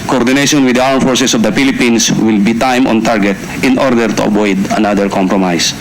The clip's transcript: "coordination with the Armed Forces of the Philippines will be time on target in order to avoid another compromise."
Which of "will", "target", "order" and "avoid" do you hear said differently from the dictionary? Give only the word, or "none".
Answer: avoid